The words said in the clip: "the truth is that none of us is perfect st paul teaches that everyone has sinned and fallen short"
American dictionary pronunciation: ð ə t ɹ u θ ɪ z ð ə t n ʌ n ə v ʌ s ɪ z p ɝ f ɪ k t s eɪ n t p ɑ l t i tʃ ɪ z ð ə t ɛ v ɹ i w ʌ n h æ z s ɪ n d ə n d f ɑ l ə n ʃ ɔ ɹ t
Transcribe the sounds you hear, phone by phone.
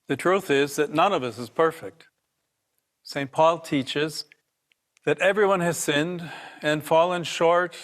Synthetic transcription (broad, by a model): ð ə t ɹ u θ ɪ z ð ə t n ʌ n ə v ʌ s ɪ z p ɝ f ɪ k t s eɪ n p ɑ l t i tʃ ɪ z ð ə t ɛ v ɹ i w ʌ n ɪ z s ɪ n d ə n f ɑ l ə n ʃ ɔ ɹ t